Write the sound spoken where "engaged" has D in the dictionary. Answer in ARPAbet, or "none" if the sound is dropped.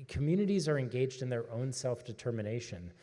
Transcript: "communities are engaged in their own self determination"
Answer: D